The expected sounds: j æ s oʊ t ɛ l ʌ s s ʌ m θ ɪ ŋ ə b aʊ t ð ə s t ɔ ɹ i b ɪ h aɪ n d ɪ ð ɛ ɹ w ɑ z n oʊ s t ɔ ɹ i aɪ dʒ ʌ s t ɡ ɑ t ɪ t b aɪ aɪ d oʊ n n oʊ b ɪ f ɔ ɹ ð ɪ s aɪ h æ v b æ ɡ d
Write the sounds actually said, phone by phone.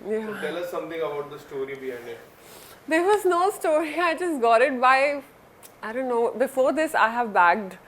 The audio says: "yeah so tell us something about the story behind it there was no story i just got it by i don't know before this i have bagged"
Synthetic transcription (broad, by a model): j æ t ɛ l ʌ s s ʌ m t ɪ ŋ ə b aʊ t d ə s t ɔ ɹ i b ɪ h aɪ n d ɪ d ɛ ɹ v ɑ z n oʊ s t ɔ ɹ i aɪ dʒ ʌ s t ɡ ɑ t ɪ t b aɪ aɪ d oʊ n n oʊ b ɪ f ɔ ɹ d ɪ s aɪ h æ v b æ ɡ d